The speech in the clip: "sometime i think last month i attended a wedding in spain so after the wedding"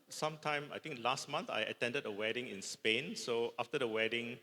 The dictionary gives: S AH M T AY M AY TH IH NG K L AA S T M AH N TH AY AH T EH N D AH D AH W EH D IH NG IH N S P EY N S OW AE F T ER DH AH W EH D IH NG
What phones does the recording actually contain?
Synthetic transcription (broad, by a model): S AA M T AY M AY T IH NG K L AA S T M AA N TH AY AH T EH N D AH D AH W EH D IH NG IH N S P EY N S OW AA F T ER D AH W EH D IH NG